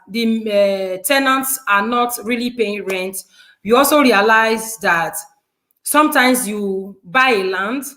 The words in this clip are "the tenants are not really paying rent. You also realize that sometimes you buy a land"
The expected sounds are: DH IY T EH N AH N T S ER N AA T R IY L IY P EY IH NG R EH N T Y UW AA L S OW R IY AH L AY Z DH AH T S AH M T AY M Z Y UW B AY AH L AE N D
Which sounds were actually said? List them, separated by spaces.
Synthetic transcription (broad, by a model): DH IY T EH N AH N T S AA N AA T R IY L IY P EY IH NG R EH N T Y UW AA L S OW R IY AH L AY Z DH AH T S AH M T AY M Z Y UW B AY AH L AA N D